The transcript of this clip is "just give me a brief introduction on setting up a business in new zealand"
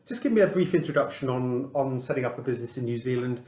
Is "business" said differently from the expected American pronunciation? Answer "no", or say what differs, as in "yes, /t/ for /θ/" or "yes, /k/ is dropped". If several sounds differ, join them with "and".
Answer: no